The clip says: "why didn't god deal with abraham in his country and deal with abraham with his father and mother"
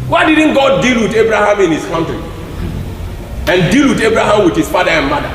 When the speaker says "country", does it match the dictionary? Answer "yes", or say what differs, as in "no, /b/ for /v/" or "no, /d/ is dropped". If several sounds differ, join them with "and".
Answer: no, /ɹ/ is dropped